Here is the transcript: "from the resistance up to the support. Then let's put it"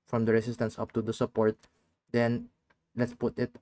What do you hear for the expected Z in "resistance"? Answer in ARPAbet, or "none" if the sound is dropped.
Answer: S